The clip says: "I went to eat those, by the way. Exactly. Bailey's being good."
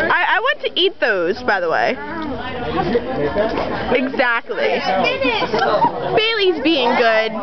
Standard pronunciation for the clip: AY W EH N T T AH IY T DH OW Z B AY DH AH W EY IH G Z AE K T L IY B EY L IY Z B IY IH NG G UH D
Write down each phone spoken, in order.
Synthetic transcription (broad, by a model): AY W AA N T T IY T DH OW Z B AY DH AH W EY IH G Z AE K T L IY B EY L IY Z B IY IH NG G UH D